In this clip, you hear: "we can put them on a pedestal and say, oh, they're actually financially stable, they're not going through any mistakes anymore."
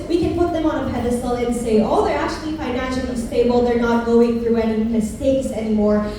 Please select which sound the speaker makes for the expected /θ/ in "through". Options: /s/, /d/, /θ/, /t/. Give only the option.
/θ/